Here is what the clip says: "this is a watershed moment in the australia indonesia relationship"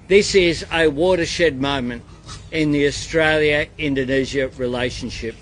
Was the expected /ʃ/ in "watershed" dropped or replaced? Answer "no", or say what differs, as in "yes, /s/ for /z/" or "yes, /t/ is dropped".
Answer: no